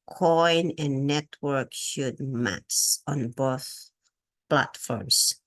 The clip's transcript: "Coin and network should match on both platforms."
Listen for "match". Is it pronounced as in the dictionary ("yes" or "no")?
no